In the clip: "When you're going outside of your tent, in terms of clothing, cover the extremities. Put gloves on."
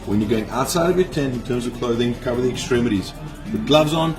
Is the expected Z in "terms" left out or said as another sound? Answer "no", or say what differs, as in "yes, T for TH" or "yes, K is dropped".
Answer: no